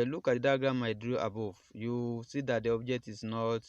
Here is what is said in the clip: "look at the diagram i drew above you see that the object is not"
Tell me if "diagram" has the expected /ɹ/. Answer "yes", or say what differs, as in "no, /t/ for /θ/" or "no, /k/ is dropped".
no, /ɹ/ is dropped